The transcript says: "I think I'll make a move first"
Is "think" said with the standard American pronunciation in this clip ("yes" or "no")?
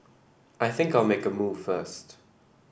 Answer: yes